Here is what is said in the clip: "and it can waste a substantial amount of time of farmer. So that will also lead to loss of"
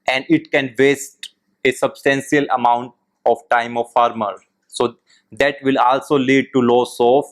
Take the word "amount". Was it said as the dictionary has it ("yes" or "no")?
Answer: yes